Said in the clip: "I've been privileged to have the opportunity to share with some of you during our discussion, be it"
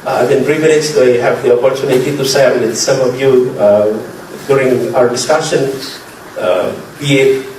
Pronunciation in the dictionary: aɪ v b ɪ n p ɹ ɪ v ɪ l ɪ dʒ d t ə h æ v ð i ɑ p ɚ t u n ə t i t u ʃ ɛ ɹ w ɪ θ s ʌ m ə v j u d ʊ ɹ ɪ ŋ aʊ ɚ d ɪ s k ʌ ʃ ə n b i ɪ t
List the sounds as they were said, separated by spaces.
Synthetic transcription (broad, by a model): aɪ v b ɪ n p ɹ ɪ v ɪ n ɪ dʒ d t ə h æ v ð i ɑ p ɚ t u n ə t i t u s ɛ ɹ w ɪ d s ʌ m ə v j u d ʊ ɹ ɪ ŋ aʊ ɚ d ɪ s k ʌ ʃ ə n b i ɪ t